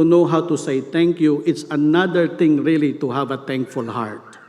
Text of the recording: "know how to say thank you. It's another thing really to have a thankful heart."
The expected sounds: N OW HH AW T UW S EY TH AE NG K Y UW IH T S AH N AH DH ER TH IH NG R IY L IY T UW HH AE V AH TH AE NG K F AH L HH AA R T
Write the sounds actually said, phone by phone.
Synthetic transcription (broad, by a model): N OW HH AW T UW S EY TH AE NG K Y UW IH T S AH N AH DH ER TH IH NG R IY L IY T UW HH AE V AH T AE NG K F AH L HH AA R T